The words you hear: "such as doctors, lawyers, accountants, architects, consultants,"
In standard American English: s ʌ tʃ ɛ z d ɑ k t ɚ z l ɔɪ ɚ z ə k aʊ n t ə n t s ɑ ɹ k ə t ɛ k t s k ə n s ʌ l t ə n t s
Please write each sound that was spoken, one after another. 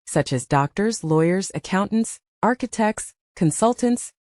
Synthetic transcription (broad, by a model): s ʌ tʃ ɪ z d ɑ k t ɚ z l ɔɪ ɚ z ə k aʊ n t n t s ɑ ɹ k ə t ɛ k t s k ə n s ʌ l t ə n t s